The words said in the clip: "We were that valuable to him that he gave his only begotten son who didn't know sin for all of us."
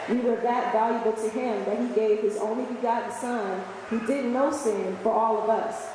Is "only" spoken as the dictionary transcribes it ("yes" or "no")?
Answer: yes